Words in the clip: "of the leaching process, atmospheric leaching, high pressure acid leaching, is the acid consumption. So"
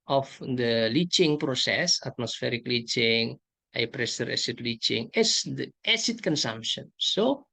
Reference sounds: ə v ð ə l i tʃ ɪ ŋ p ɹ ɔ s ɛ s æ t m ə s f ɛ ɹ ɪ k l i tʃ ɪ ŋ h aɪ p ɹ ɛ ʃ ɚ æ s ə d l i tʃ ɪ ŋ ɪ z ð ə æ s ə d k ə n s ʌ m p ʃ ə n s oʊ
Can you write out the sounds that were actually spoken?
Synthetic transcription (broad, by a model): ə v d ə l i tʃ ɪ ŋ p ɹ ɔ s ɛ s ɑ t m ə s f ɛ ɹ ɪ k l i tʃ ɪ ŋ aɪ p ɹ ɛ s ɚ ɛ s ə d l i tʃ ɪ ŋ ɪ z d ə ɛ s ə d k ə n s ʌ m p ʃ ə n s oʊ